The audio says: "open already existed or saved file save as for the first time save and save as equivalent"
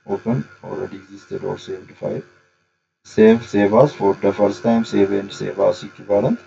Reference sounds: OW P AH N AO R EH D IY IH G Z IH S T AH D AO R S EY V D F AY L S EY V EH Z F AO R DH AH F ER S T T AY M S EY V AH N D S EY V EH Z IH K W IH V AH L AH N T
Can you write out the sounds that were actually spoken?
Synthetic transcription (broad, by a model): OW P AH N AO L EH D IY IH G Z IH S T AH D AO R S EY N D F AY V S EY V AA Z F AO R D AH F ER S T T AY M S EY V AH N D S EY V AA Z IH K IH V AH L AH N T